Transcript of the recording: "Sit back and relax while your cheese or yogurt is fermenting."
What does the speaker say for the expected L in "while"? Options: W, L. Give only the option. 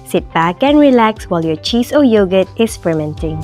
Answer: L